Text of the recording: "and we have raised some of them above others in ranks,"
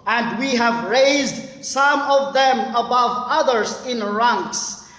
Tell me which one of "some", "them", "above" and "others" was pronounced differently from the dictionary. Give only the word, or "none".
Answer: none